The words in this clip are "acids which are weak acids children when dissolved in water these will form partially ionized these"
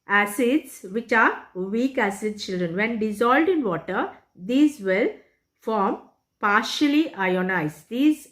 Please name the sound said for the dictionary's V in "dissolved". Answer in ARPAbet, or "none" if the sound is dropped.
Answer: none